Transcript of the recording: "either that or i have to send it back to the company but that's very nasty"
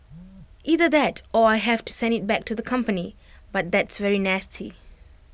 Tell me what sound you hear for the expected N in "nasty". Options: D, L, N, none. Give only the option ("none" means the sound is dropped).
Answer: N